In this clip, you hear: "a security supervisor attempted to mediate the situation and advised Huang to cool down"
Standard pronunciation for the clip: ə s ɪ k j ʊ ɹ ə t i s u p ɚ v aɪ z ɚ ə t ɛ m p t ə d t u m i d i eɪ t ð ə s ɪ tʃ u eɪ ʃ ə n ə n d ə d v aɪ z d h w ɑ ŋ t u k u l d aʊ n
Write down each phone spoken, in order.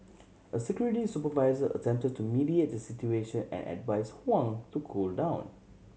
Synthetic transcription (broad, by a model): ə s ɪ k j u ɹ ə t i s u p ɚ v aɪ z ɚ ə t ɛ m p t ə d t u m i d i eɪ t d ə s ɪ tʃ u eɪ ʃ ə n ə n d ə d v aɪ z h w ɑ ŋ t u k u l d aʊ n